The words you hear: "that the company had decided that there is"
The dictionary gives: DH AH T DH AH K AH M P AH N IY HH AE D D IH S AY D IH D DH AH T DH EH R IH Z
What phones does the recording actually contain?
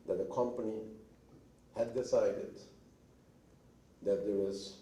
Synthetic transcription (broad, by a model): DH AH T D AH K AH M P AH N IY HH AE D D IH S AY D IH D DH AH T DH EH W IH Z